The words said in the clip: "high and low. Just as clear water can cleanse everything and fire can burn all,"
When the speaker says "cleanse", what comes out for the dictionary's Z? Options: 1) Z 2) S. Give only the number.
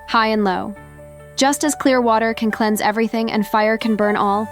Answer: 1